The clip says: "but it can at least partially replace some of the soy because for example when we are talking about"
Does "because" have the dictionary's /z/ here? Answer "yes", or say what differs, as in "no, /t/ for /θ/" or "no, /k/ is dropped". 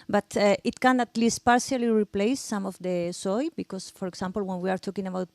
no, /s/ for /z/